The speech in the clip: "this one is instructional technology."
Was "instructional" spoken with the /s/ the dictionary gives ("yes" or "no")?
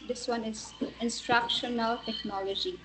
yes